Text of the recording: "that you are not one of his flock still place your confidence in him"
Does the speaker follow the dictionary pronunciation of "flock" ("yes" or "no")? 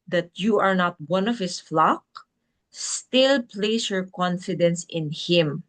yes